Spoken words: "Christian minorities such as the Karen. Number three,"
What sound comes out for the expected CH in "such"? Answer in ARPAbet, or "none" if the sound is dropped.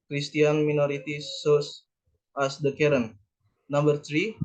S